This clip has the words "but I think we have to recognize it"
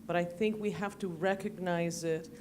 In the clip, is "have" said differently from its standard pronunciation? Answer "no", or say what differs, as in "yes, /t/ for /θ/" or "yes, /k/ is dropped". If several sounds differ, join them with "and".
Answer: yes, /f/ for /v/